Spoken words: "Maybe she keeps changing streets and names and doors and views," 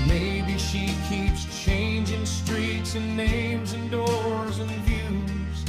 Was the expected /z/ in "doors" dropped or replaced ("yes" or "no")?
no